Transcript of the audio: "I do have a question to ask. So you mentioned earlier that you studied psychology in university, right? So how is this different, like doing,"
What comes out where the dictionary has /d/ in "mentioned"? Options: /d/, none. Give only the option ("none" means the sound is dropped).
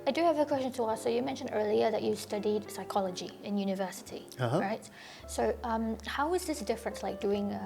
/d/